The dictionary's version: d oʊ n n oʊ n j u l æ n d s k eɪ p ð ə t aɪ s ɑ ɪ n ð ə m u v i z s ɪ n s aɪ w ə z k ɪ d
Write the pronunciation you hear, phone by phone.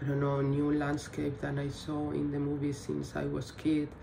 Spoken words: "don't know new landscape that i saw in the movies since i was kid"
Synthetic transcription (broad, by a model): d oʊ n n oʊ n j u l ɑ n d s k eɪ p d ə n aɪ s ɑ ɪ n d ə m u b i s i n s aɪ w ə s k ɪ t